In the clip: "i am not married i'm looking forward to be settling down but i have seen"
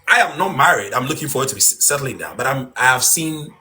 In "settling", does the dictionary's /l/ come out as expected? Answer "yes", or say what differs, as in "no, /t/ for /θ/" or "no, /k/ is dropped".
yes